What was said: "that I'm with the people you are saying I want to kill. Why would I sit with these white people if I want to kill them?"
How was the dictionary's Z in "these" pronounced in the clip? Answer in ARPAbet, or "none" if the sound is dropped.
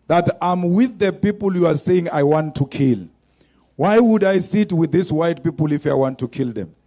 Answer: S